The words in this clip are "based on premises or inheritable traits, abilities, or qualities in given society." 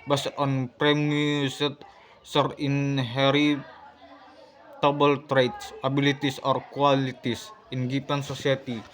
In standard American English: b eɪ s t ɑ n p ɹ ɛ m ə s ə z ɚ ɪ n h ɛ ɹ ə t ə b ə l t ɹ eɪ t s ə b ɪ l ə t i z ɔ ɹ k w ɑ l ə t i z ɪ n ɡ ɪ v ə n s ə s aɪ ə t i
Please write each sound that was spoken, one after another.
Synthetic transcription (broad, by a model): b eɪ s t ɑ n p ɹ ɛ m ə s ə s ɚ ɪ n h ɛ ɹ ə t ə b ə l t ɹ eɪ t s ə b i l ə t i s ɔ ɹ k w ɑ l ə t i s ɪ n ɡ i p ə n s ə s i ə t i